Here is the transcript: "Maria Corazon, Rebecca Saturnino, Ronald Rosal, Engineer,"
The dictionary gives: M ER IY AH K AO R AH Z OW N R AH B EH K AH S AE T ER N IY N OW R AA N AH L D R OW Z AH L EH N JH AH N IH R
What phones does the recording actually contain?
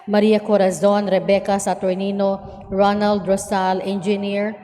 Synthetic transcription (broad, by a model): M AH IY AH K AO R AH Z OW N R AH B EH K AH S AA T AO N IY N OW R AA N AH L D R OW S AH L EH N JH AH N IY R